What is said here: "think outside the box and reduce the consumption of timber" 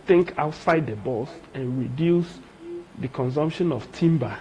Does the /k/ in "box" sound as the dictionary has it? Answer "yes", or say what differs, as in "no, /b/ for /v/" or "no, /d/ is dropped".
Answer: no, /k/ is dropped